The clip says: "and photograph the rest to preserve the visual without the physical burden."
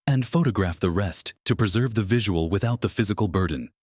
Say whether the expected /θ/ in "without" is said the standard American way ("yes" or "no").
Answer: yes